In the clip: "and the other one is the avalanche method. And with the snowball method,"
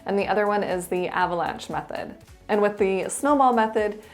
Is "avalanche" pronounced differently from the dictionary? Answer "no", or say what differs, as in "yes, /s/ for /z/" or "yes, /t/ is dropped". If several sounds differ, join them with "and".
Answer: no